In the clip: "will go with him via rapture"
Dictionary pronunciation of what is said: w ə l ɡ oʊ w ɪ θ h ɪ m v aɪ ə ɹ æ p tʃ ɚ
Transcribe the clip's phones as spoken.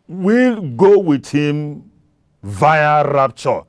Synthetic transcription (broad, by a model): w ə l ɡ oʊ w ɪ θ h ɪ m v aɪ ə ɹ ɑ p tʃ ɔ